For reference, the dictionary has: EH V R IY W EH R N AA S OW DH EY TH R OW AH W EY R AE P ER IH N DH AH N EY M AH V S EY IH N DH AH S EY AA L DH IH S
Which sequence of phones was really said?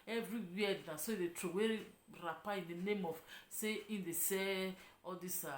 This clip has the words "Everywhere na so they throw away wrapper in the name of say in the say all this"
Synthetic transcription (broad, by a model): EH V R IY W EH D N AA S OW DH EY T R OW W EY R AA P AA IH N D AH N EY M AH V S EY IH N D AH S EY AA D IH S